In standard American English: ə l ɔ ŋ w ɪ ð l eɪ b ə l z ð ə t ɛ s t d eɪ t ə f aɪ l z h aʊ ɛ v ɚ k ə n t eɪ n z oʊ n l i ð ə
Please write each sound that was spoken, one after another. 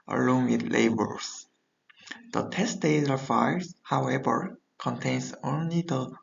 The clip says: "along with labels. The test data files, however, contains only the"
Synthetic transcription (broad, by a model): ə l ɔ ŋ w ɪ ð l eɪ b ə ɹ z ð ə t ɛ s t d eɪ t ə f aɪ z h aʊ ɛ v ɚ k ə n t eɪ n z oʊ n l i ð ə